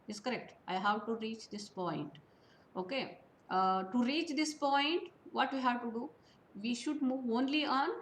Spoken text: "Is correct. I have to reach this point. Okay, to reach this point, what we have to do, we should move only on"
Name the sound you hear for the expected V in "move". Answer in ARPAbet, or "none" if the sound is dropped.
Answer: V